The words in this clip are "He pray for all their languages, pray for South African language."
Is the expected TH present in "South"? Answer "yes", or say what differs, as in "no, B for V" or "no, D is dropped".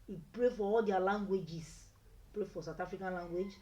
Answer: no, T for TH